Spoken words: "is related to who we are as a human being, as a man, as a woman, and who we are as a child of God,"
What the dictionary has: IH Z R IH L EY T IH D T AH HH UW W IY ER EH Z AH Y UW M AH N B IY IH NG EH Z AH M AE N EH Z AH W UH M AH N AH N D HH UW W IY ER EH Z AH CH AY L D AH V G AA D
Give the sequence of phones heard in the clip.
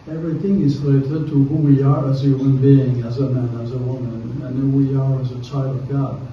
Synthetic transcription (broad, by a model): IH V R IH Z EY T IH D T AH HH UW W IY ER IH Z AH Y UW M AH N B IY IH NG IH Z AH M AE N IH Z AH W UH M AH N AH N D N W IY ER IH Z AH CH AY L D AH V G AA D